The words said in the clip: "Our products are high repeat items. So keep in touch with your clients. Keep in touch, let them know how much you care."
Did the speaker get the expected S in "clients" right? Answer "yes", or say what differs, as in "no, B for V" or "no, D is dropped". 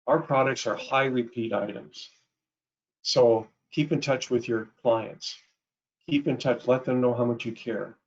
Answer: yes